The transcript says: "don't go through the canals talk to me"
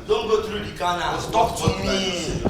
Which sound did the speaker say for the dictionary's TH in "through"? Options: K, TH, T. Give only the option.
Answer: T